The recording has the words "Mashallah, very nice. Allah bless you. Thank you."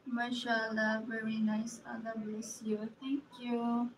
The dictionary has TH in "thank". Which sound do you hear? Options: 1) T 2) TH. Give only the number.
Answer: 1